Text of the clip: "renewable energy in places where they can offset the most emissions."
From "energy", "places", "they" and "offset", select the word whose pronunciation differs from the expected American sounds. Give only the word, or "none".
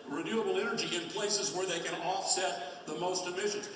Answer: none